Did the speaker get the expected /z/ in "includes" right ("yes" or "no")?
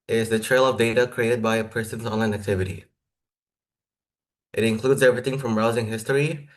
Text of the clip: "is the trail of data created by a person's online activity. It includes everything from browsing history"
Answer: yes